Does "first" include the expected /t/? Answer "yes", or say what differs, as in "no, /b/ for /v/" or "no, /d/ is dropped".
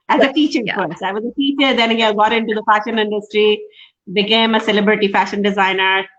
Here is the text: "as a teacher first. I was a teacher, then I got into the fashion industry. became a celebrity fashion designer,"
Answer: no, /t/ is dropped